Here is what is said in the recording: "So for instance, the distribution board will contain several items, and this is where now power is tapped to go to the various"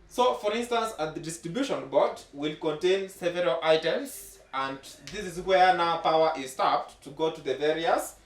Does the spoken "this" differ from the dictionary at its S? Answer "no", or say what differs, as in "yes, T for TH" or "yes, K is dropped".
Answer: no